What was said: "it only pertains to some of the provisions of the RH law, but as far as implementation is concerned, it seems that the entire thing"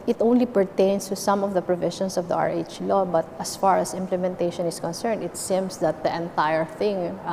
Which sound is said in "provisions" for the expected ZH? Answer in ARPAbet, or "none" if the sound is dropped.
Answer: SH